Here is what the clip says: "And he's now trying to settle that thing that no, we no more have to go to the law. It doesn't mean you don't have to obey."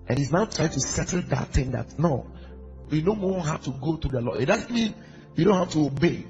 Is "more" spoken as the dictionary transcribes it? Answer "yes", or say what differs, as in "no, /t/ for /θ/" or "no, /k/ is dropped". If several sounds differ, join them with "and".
no, /w/ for /ɹ/